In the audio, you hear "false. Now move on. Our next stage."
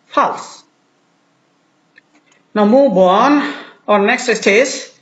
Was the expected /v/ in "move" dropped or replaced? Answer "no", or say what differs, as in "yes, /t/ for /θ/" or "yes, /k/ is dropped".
yes, /b/ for /v/